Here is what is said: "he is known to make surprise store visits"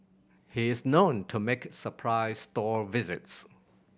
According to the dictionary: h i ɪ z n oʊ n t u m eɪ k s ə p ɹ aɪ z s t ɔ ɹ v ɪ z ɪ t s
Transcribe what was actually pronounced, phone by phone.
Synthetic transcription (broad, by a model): h i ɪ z n oʊ n t u m eɪ k s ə p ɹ aɪ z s t ɔ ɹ v ɪ z ɪ t s